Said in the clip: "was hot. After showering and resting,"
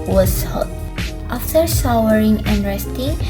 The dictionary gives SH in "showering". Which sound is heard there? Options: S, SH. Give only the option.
S